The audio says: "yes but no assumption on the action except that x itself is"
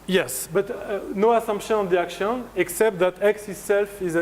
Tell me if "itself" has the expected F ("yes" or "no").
yes